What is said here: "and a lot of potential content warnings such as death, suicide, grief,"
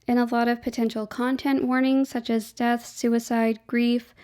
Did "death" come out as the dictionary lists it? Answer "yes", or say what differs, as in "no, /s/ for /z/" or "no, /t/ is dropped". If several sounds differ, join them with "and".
yes